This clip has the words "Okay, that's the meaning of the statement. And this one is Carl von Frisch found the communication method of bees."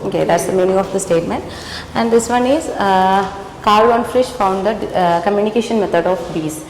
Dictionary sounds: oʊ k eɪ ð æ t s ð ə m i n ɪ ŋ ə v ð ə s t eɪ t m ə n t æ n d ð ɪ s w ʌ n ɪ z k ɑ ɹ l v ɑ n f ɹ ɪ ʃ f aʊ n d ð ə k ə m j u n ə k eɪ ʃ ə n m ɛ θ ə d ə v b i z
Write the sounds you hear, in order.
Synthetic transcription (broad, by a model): oʊ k eɪ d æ t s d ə m i n ɪ ŋ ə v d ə s t eɪ t m ə n t æ n d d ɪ s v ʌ n ɪ z k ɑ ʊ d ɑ n f ɹ ɪ ʃ f aʊ n d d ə k ə m j u n ə k eɪ ʃ ə n m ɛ t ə d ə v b i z